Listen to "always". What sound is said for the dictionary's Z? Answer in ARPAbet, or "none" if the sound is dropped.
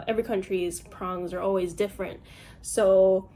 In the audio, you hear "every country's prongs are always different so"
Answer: Z